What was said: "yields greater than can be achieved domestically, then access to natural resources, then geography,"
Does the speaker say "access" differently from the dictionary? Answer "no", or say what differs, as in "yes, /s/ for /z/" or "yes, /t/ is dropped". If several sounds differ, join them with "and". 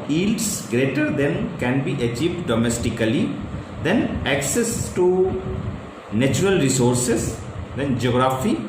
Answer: no